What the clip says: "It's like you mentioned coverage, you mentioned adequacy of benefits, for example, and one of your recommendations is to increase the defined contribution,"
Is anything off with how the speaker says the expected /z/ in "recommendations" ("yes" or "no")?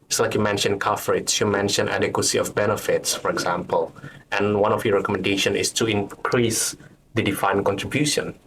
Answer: yes